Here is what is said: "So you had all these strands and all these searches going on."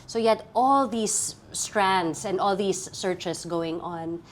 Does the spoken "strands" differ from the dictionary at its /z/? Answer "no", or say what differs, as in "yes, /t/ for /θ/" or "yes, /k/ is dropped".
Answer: yes, /s/ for /z/